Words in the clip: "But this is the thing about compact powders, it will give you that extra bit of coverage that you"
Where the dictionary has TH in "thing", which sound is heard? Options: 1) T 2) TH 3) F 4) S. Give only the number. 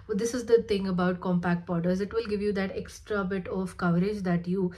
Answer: 1